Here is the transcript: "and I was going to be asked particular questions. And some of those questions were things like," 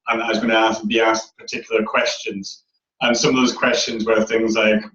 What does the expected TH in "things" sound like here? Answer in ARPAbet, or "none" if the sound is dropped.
TH